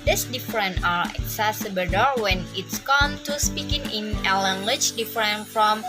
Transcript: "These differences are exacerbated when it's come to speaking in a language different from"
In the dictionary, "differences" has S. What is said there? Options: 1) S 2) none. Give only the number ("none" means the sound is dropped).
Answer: 2